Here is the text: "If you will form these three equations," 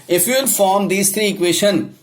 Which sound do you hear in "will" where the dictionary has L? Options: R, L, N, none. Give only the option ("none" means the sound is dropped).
N